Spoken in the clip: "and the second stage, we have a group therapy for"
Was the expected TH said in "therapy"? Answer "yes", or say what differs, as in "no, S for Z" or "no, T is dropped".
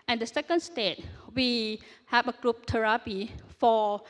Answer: no, T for TH